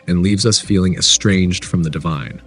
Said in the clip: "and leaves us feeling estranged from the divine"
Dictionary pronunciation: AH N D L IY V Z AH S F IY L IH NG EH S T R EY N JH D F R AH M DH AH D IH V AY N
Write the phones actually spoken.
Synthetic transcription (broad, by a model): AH N L IY V Z AH S F IY L IH NG EH S T R EY N JH D F R AH M DH AH D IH V AY N